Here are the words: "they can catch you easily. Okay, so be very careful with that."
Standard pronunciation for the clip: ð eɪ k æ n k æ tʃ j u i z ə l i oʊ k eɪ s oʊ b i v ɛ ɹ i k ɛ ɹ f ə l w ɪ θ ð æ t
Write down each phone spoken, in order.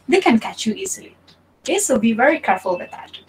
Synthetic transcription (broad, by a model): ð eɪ k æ n k æ tʃ j u i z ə l i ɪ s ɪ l b i v ɛ ɹ i k ɛ ɹ f ə l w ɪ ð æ t